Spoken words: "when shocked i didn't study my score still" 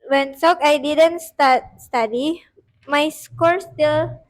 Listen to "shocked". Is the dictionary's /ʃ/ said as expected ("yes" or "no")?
no